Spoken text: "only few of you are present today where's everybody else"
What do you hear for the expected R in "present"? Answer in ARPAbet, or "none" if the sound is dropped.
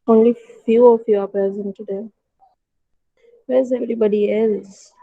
none